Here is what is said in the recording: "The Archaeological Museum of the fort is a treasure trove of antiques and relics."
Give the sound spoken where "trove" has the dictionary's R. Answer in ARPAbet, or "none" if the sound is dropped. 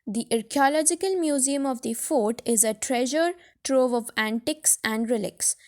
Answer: R